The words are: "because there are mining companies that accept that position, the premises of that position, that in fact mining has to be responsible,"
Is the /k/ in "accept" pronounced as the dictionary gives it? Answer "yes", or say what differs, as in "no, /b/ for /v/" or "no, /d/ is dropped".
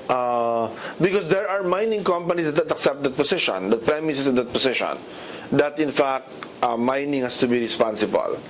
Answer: yes